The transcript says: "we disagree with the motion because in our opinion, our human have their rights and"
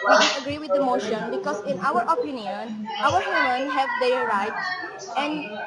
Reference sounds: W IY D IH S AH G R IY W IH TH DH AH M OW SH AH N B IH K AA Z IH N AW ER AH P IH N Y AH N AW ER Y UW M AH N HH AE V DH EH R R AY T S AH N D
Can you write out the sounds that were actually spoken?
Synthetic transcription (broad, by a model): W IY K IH AH G R IY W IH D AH M OW SH AH N B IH K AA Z IH N AW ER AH P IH N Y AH N AW ER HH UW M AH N HH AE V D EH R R AY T AH N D